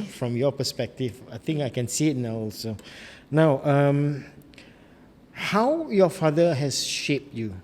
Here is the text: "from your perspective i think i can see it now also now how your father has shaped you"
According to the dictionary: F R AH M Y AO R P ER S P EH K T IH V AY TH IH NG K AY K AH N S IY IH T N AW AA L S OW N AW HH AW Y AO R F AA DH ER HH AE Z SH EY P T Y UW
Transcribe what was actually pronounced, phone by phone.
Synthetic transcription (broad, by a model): F R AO M Y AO P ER S P EH K T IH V AY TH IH NG K AY K AH N S IY IH T N AW AA L S OW N AW HH AW Y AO F AA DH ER HH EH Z SH EY P T Y UW